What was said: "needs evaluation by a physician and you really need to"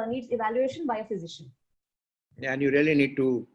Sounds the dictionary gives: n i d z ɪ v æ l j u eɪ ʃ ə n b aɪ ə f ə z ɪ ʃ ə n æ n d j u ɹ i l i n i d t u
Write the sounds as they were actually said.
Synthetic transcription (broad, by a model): n i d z ɪ v æ l j u eɪ ʃ ə n b aɪ ə f ə z ɪ ʃ ə n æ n j u ɹ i l i n i d t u